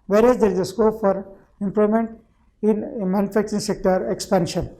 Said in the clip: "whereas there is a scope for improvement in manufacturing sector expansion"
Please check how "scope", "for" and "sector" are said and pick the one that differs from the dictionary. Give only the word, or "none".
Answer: none